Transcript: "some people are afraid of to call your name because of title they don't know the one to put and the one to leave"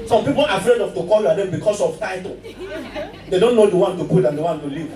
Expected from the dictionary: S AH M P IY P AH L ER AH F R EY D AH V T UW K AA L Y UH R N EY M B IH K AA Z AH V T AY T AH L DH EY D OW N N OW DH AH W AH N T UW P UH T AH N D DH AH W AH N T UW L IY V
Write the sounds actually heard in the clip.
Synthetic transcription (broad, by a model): S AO M P IY P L AH F R EY D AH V T UW K AA L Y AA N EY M B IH K AA S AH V T AY T AH L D EY D OW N N OW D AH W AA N T UW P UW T AH N D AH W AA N T UW L IY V